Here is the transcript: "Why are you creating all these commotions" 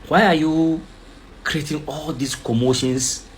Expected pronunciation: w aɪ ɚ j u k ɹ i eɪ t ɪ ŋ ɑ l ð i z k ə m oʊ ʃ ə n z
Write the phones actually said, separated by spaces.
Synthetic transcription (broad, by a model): w aɪ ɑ j u k ɹ i eɪ t ɪ ŋ ɑ l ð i s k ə m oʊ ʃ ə n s